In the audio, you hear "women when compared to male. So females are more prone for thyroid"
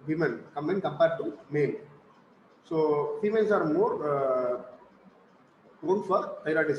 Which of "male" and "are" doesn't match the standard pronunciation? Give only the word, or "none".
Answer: male